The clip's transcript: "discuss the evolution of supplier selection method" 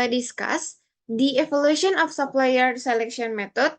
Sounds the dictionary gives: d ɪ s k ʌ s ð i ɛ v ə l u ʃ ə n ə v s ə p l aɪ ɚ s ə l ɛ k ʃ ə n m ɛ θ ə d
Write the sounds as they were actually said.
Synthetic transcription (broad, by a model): d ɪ s k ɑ s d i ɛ f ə l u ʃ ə n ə f s ə p l aɪ ɚ s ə l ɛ k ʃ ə n m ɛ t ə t